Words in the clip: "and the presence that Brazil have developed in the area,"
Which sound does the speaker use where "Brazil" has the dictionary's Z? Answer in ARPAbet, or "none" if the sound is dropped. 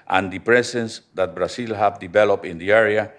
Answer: S